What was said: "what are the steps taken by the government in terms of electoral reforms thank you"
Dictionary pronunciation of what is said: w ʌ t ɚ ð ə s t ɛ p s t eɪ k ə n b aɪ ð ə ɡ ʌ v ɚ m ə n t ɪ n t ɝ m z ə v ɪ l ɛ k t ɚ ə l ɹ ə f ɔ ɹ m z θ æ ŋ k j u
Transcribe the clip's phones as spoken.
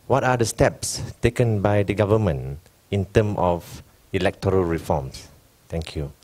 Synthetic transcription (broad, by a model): w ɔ t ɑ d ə s t ɛ p s t eɪ k ə n b aɪ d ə ɡ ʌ v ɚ m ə n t ɪ n t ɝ m ə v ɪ l ɛ k t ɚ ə l ɹ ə f ɔ m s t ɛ ŋ k j u